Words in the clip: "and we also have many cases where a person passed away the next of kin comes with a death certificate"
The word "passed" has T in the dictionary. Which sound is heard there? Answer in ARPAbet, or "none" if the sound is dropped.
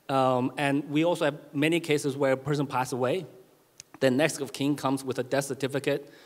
none